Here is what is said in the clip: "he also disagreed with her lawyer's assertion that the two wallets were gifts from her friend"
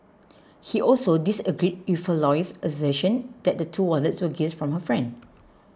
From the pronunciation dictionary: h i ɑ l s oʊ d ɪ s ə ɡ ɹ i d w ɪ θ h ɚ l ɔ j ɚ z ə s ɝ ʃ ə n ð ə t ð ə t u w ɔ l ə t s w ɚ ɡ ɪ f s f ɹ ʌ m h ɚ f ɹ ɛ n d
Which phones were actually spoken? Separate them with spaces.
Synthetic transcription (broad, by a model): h i ɑ l s oʊ d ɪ s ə ɡ ɹ i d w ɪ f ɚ l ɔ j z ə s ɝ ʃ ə n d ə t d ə t u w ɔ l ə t s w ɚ ɡ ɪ s f ɹ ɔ m h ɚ f ɹ ɛ n d